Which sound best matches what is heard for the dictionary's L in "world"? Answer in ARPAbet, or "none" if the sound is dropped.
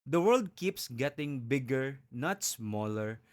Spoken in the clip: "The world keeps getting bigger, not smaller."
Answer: L